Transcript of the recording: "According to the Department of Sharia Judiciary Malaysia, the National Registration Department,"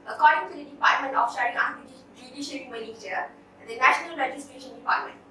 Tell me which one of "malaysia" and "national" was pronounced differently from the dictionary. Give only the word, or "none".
malaysia